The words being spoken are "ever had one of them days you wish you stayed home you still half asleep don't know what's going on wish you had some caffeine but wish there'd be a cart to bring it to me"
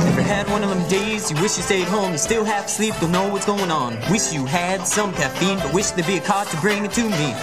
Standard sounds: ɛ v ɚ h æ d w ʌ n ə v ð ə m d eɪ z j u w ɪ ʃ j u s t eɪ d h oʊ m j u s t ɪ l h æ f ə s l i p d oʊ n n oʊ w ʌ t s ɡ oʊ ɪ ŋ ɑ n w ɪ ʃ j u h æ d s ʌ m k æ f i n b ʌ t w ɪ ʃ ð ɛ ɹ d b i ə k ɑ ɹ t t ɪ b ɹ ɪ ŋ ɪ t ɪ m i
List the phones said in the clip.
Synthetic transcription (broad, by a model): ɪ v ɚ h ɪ d w ʌ n ə v ð ə m d eɪ z j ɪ w ɪ ʃ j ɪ s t eɪ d h oʊ m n s t ɪ l h æ f ə s l i p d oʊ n n oʊ w ʌ t s ɡ oʊ ɪ ŋ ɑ n w ɪ ʃ j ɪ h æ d s ʌ m k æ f i n b ʌ t w ɪ ʃ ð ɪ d b i ə k ɑ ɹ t t ɪ b ɹ ɪ ŋ ɪ t ɪ m i